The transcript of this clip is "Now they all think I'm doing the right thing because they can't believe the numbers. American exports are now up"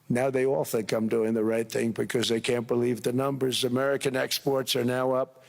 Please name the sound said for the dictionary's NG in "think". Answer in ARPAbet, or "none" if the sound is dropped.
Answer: none